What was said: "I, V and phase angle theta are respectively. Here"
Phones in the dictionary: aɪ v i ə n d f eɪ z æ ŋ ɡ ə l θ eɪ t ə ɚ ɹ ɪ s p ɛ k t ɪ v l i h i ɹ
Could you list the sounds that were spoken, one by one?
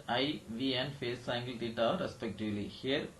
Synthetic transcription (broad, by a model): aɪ v i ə n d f eɪ s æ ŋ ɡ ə l t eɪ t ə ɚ ɹ ɪ s p ɛ k t ɪ v l i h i ɹ